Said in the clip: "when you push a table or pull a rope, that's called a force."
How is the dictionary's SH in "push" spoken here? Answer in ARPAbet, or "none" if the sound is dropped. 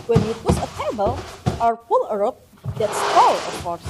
S